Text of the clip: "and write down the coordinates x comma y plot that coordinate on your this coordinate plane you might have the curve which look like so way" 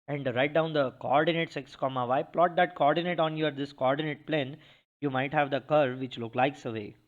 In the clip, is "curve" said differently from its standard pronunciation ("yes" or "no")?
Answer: no